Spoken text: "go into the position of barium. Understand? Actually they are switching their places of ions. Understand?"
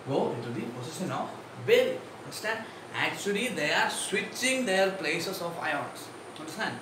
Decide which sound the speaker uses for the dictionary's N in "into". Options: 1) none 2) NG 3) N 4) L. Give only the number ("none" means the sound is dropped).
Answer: 1